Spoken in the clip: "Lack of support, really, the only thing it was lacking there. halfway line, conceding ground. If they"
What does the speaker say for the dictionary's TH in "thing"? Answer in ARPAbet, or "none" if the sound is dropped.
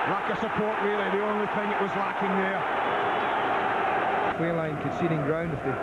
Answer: TH